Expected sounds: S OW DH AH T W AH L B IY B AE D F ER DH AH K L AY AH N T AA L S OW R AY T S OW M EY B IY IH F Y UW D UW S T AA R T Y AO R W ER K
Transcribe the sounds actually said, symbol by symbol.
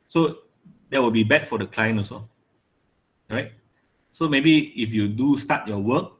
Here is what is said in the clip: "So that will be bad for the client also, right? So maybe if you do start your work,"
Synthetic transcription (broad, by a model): S OW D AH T W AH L B IY B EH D F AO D AH K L AY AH N AA S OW R AY T S OW M EY B IY IH F Y UW D UW S T AA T Y AO W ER K